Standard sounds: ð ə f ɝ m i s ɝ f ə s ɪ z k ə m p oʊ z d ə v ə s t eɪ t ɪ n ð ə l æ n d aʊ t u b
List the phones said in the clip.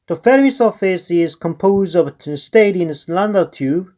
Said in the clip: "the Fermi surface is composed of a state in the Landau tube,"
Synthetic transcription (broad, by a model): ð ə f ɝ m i s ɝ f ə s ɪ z k ə m p oʊ z d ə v ə s t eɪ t ɪ n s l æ n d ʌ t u